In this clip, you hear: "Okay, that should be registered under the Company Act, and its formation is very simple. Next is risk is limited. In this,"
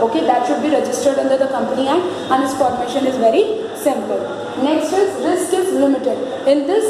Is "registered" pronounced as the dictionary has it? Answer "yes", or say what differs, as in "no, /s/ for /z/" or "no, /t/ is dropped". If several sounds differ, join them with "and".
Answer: yes